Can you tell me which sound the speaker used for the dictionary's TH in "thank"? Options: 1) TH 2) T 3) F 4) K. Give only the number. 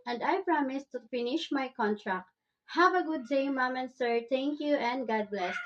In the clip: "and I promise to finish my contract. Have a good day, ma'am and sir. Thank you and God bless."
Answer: 2